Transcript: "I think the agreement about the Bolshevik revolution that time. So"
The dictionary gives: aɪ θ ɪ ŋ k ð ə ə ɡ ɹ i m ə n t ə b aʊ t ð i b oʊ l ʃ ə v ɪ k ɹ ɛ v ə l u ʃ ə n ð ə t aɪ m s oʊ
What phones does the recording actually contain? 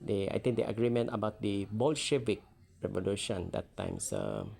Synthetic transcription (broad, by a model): aɪ t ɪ ŋ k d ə ə ɡ ɹ i m ə n t ə b aʊ t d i b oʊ l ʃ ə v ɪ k ɹ ɛ v ə l u ʃ ə n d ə t aɪ m s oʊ